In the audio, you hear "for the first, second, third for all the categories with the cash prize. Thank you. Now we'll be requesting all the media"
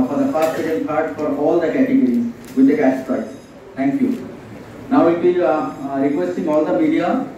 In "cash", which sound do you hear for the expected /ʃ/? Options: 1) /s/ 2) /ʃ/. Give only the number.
1